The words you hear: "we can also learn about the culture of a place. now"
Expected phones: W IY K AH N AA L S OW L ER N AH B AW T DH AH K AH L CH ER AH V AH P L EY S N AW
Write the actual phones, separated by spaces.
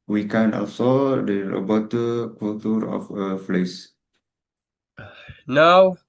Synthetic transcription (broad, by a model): W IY K AH N AA L S OW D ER AH B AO T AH K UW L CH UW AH F AH F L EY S N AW